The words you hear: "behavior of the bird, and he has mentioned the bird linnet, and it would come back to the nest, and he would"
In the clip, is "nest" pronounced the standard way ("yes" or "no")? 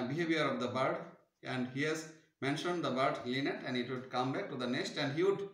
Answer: yes